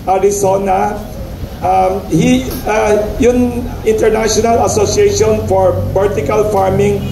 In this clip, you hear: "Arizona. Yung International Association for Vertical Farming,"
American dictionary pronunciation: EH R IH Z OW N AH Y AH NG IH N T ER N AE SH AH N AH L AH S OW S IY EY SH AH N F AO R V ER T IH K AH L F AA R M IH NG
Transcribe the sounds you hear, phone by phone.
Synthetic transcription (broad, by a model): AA R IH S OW N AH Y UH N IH N T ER N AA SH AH N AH L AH S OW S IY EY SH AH N F AO R B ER T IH K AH L F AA R M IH NG